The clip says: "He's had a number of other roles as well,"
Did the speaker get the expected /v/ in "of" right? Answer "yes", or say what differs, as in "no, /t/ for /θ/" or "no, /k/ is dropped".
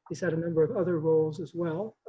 yes